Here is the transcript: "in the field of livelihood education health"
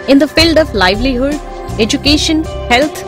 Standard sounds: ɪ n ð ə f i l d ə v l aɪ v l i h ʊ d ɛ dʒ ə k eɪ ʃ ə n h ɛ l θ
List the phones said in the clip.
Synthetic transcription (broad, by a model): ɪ n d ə f i l d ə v l aɪ v l i h ʊ d ɛ dʒ ə k eɪ ʃ ə n h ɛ l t